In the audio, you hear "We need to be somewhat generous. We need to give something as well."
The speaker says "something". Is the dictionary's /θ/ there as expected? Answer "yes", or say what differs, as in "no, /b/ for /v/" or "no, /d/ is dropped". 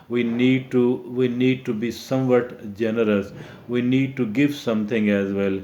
no, /t/ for /θ/